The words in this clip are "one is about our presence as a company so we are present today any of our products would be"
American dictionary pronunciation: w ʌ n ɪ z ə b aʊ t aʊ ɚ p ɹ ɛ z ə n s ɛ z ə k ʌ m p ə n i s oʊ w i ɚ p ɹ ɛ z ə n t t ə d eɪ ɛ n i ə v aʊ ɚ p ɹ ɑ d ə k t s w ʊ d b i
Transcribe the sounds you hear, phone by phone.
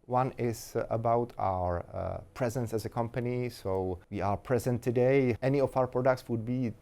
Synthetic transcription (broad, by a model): w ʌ n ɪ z ə b aʊ t aʊ ɚ p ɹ ɛ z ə n s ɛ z ə k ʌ m p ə n i s oʊ w i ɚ p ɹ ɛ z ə n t t ə d eɪ ɛ n i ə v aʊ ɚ p ɹ ɑ d ə k t s w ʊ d b i